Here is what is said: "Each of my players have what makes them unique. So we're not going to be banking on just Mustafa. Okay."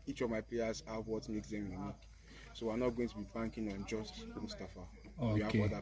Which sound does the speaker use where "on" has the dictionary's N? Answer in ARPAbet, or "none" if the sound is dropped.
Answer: N